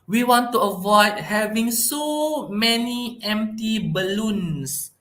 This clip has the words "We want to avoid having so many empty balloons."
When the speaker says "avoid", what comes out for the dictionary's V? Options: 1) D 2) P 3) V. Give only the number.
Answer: 3